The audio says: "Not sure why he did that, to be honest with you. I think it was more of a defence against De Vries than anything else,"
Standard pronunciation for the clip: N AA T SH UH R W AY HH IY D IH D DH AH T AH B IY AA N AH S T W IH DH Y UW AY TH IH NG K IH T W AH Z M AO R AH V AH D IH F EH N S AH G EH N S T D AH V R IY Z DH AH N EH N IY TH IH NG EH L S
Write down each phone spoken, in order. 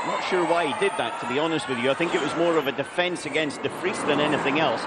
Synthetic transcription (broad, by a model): N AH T SH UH R W AY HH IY D IH D DH AH T AH B IY AA N AH S T W IH DH Y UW AY TH IH NG K IH T W AH Z M AO R AH V AH D IH F EH N S AH G EH N S T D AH F R IY S DH AH N EH N IY TH IH NG EH L S